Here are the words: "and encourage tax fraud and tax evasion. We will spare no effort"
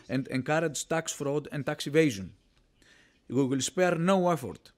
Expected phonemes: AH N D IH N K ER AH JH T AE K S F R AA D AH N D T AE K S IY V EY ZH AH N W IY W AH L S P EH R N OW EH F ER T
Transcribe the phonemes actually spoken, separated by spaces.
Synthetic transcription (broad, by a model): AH N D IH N K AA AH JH T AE K S F R AA D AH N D T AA K S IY V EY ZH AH N W IY W AH L S P EH R N OW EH F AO T